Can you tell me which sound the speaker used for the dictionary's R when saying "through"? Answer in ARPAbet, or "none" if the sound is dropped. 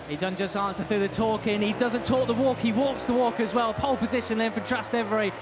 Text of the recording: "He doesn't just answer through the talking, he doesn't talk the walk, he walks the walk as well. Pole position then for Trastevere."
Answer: none